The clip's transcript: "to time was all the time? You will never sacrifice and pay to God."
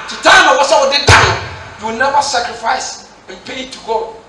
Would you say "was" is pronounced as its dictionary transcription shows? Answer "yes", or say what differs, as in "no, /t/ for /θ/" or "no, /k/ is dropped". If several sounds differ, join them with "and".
no, /s/ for /z/